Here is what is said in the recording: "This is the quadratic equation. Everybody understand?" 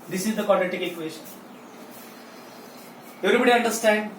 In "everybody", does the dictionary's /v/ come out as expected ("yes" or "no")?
no